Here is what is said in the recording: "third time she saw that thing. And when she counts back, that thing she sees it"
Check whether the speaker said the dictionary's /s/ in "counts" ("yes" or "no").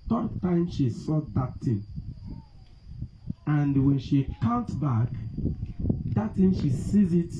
no